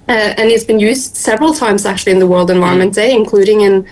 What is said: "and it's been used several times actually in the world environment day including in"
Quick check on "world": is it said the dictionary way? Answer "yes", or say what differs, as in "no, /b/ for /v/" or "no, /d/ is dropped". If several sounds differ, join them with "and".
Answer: yes